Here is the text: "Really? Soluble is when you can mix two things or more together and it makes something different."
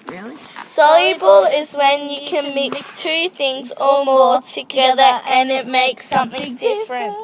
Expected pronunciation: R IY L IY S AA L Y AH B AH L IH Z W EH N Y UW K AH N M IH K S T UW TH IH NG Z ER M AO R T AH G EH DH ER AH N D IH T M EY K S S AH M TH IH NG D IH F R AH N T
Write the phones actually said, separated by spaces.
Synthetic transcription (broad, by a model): S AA L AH B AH L IH Z W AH N Y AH K AH N M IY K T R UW TH IH NG Z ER M AO T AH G EH DH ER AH N IH T M EY K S S AH M TH IH NG D IH F R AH N T